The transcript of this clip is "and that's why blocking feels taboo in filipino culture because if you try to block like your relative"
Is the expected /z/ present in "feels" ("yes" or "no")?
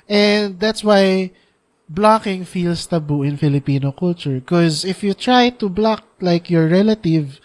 no